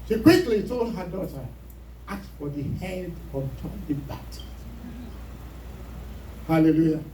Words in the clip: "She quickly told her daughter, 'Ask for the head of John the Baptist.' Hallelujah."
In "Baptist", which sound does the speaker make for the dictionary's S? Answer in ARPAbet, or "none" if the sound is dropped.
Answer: none